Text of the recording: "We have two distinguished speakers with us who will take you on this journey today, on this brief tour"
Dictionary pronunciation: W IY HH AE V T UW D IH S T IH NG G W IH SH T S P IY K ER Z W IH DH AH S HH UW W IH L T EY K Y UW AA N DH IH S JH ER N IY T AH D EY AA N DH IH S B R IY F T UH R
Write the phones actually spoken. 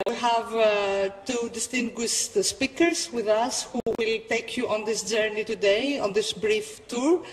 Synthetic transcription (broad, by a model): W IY HH AE V T UW D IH S T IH NG G W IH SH T S P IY K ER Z W IH DH AH S HH UW W IH L T EY K Y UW AA N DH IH S JH ER N IY T AH D EY AA N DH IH S B R IY F T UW R